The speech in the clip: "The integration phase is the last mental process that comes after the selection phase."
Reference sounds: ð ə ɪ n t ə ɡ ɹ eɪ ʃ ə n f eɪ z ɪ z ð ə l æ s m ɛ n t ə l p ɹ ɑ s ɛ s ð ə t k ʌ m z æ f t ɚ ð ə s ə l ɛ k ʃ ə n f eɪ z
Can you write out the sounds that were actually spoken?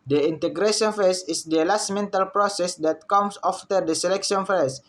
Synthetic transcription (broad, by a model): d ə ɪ n t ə ɡ ɹ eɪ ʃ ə n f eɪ s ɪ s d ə l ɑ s m ɛ n t ə l p ɹ ɑ s ɛ s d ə t k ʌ m s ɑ f t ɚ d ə s ə l ɛ k ʃ ə n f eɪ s